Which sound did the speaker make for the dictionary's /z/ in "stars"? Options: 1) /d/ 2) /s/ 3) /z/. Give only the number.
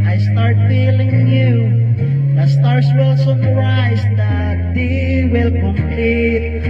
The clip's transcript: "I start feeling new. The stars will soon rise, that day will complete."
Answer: 2